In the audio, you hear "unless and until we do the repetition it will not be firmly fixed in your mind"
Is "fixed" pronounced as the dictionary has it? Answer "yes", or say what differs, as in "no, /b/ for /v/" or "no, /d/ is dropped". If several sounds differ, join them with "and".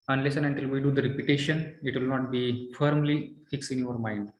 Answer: no, /t/ is dropped